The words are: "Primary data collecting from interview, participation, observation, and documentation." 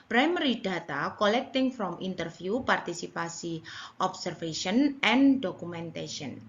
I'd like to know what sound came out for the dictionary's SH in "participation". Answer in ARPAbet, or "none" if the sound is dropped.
S